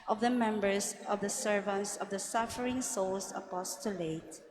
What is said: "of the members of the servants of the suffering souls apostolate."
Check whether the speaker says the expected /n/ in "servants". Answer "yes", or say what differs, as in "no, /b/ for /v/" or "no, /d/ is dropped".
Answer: yes